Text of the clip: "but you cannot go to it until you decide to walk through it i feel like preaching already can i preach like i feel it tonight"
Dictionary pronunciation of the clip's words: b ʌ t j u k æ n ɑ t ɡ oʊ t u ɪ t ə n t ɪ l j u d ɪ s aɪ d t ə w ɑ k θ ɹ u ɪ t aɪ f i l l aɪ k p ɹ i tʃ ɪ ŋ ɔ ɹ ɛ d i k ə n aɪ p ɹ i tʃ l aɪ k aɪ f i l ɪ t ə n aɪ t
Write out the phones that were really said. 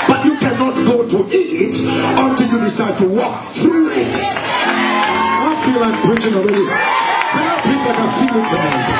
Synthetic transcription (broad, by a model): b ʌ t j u k æ n ɑ t ɡ oʊ t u ɪ t ə n t ɪ l j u d ɪ s aɪ d t ə w ɑ k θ ɹ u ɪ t aɪ f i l l aɪ k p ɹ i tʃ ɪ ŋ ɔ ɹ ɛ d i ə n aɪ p i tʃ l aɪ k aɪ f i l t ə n